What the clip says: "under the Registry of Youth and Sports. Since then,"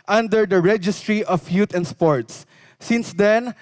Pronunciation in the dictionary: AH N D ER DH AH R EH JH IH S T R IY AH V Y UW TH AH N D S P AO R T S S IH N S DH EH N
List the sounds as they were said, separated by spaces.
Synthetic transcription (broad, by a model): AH N D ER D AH R EH JH IH S T R IY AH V Y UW T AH N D S P AO R T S S IH N S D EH N